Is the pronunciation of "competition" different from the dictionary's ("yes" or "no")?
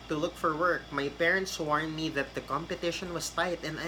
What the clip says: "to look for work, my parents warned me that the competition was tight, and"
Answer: no